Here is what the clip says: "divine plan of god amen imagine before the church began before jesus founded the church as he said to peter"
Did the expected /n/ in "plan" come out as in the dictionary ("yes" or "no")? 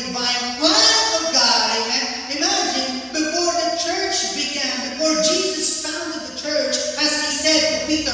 no